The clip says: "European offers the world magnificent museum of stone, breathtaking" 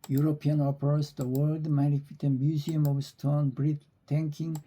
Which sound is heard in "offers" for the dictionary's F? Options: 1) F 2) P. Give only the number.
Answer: 2